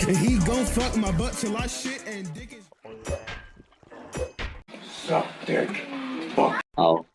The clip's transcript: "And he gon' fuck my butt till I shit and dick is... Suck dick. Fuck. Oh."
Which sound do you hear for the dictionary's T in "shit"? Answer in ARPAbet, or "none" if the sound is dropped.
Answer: T